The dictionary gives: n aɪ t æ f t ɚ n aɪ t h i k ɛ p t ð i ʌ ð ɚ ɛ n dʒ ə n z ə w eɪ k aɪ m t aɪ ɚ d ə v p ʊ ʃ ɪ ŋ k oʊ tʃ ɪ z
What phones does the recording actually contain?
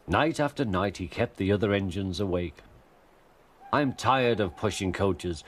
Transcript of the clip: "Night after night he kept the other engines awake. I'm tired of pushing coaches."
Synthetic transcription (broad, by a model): n aɪ t æ f t ɚ n aɪ t h i k ɛ p t ð i ʌ ð ɚ ɛ n dʒ ə n z ə w eɪ k aɪ m t aɪ ɚ d ə v p ʊ ʃ ɪ ŋ k oʊ tʃ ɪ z